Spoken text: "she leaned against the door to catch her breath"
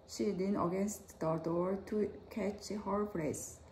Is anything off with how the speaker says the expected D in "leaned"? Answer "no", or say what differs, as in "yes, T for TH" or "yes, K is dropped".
yes, D is dropped